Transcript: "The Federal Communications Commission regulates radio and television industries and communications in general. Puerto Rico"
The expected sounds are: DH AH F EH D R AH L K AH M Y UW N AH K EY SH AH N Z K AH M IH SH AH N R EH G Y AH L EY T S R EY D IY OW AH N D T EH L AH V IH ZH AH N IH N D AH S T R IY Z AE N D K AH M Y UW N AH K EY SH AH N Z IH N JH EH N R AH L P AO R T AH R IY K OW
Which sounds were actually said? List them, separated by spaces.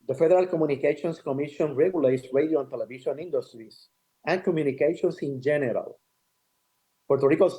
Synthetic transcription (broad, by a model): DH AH F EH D R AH L K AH M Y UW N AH K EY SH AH N S K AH M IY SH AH N R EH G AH L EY T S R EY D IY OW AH N T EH L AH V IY SH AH N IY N D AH S T R IY S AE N K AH M Y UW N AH K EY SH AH N S IH N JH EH N R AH L P AO R T AH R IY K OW